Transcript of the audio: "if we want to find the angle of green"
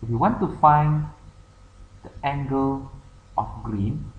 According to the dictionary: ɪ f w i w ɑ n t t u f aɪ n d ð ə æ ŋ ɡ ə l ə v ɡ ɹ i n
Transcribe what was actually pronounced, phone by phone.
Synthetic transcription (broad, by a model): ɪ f w i w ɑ n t t u f aɪ n d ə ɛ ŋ ɡ ə l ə f ɡ ɹ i n